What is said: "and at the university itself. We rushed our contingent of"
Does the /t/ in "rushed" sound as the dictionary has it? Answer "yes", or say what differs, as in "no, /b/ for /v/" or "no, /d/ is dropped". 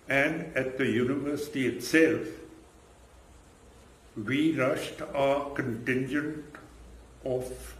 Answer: yes